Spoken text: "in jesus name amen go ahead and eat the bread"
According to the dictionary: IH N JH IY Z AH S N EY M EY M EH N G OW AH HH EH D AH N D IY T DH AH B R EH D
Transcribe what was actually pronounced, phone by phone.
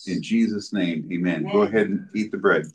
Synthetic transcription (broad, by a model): IH N JH IY Z AH S N EY M EY M EH N G OW AH HH EH D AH N IY T DH AH B R EH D